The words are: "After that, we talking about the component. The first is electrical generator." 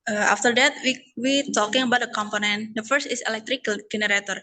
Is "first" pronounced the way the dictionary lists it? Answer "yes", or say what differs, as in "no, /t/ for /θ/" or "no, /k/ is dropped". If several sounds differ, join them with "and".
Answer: yes